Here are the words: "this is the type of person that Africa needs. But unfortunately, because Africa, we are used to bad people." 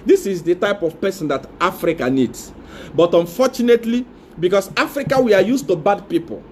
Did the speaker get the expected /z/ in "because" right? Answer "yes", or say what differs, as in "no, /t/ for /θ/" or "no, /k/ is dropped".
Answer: no, /s/ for /z/